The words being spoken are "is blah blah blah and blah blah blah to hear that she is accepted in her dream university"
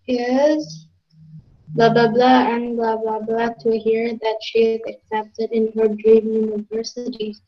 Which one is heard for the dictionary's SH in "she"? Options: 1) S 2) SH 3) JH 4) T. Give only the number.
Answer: 2